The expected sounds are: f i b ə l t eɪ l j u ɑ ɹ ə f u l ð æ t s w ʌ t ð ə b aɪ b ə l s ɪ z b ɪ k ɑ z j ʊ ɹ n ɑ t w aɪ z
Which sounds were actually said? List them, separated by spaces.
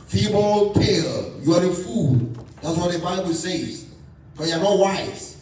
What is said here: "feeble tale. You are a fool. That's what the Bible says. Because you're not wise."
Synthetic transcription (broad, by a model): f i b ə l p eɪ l j u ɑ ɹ ə f u l ð æ t s w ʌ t ð ə b aɪ b ə l s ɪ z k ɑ j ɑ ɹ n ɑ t w aɪ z